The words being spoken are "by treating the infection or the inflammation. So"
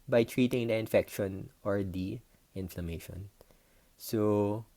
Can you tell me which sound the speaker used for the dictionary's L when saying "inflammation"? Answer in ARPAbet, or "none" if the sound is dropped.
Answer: L